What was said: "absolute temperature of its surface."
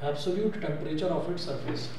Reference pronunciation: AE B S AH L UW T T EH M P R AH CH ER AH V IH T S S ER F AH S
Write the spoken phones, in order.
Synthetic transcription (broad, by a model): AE B S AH L UW T T EH M P R AH CH ER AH F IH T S S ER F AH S